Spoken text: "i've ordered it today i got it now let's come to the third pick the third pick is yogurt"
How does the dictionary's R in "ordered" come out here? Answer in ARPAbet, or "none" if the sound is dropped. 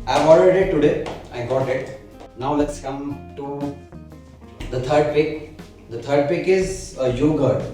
L